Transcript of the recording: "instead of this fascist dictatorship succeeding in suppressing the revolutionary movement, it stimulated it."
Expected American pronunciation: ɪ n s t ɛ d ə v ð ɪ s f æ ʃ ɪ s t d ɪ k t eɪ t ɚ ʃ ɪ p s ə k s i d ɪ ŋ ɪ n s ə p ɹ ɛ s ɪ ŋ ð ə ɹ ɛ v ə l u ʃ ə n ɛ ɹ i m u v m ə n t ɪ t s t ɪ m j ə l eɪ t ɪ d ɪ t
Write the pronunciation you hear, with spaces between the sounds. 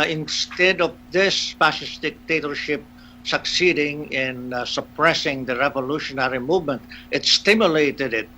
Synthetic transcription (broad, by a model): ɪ n s t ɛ d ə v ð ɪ s p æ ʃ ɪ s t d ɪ k t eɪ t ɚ ʃ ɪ p s ə k s i d ɪ ŋ ɪ n s ə p ɹ ɛ s ɪ ŋ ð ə ɹ ɛ v ə l u ʃ ə n ɛ ɹ i m u v m ə n t ɪ t s t ɪ m j ə l eɪ t ɪ d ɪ t